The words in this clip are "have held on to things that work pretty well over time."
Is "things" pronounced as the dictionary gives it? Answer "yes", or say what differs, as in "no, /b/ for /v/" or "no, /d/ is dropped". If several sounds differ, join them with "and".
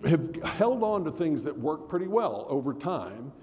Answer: yes